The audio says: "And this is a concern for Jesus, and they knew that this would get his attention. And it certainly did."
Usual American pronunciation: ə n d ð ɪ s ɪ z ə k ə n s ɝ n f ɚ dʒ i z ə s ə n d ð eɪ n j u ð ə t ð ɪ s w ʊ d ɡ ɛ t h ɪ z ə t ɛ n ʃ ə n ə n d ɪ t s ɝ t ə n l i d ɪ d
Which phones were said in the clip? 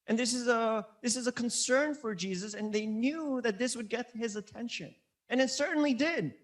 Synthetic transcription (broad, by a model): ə n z ð ɪ s ɪ z ə k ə n s ɝ n f ɚ dʒ i z ə s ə n ð eɪ n j u ð ə t ð ɪ s w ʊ d ɡ ɛ t h ɪ z ə t ɛ n ʃ ə n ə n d ɪ t s ɝ t n l i d ɪ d